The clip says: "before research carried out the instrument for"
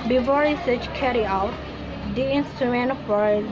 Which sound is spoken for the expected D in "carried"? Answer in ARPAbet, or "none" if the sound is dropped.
none